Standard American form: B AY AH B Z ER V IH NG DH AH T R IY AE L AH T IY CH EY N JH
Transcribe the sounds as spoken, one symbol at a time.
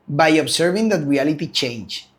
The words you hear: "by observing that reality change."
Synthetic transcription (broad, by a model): B AY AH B S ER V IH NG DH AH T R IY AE L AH T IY CH EY N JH